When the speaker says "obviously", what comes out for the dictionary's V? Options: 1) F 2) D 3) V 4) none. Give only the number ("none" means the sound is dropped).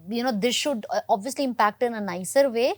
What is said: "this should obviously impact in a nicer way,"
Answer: 3